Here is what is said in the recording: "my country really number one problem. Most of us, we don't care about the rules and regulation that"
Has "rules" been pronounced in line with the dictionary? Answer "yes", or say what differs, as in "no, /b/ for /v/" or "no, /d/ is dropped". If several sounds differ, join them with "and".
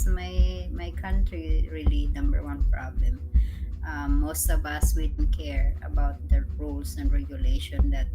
no, /s/ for /z/